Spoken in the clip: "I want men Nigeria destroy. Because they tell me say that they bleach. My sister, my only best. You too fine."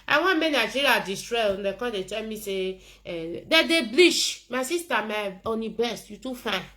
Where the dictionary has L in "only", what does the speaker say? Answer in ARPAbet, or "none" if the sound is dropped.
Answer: none